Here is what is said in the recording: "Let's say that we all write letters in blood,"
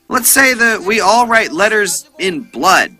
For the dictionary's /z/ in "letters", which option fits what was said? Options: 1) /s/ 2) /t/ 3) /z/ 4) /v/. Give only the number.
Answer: 3